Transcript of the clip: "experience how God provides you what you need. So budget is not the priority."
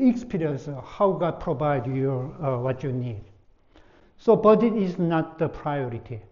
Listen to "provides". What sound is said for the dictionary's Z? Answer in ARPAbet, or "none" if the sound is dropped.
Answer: none